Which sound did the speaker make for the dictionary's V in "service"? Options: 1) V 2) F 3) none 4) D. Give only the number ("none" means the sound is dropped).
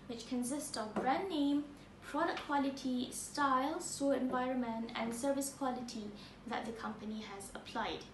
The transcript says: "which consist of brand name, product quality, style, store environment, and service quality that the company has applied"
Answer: 1